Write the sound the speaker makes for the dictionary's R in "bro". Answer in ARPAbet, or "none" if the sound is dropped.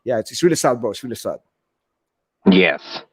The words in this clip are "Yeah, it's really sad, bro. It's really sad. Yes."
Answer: none